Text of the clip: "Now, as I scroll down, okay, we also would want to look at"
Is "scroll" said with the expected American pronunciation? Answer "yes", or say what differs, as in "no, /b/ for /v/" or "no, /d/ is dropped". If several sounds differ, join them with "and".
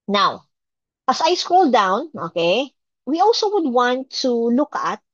yes